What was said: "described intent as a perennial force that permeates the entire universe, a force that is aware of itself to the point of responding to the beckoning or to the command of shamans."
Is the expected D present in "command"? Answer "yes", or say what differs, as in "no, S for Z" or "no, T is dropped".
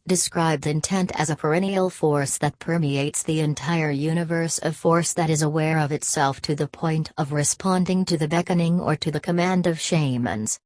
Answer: yes